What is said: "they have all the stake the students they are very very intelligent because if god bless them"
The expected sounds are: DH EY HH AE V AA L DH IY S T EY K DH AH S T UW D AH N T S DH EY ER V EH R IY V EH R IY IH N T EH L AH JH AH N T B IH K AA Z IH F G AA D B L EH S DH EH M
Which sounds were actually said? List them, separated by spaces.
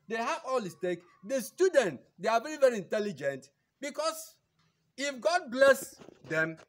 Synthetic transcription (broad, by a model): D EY HH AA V AA L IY S T EY K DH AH S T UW D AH N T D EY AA V EH R IY V EH R IY IH N T EH L AH JH AH N T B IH K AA S IH F G AA D B L EH S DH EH M